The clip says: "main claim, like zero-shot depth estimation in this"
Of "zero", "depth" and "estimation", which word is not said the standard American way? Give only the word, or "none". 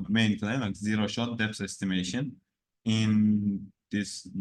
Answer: depth